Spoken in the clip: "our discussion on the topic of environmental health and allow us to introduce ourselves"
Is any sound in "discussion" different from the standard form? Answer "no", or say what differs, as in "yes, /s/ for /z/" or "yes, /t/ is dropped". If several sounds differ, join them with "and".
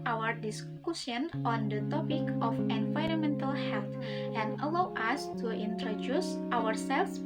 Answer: yes, /s/ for /ʃ/